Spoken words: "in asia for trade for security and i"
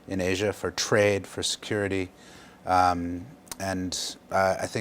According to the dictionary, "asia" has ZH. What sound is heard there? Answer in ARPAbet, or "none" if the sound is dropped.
ZH